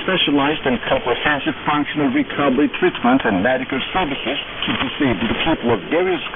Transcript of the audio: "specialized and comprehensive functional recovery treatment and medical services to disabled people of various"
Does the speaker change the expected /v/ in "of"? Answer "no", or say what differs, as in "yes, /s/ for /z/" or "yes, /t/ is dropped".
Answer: no